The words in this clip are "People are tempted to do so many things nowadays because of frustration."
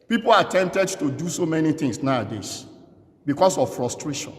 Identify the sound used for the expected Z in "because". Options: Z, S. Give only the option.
S